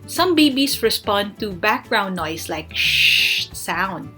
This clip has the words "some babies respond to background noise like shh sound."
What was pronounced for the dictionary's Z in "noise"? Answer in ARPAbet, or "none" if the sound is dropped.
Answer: S